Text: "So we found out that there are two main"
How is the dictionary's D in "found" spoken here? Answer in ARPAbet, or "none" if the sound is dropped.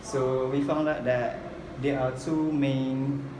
D